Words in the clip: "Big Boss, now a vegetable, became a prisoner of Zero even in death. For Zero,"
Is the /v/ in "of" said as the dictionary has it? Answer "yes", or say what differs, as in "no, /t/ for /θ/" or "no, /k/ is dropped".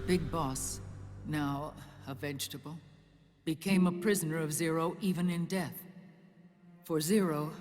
yes